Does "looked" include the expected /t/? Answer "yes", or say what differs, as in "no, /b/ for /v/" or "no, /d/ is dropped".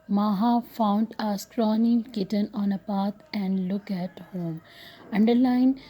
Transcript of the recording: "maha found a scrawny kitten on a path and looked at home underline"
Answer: no, /t/ is dropped